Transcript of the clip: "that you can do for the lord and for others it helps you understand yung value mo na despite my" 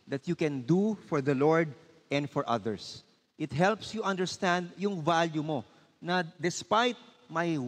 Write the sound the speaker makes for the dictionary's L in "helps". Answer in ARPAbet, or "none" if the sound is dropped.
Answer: L